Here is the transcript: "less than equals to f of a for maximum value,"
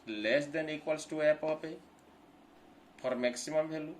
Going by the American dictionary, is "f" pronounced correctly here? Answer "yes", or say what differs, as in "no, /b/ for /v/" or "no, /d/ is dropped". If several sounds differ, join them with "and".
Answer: no, /p/ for /f/